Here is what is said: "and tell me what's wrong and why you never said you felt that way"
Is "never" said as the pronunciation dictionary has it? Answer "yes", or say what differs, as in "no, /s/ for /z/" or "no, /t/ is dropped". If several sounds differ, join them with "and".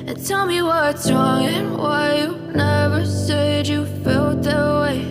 yes